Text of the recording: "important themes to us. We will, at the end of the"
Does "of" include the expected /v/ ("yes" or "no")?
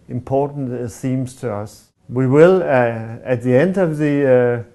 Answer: yes